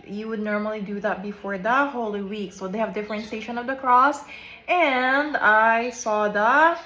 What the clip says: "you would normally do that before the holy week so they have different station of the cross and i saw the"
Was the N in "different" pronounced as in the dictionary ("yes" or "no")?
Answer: yes